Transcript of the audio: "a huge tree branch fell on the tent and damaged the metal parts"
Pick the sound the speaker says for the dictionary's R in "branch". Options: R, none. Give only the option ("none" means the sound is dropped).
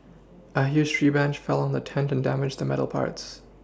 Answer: none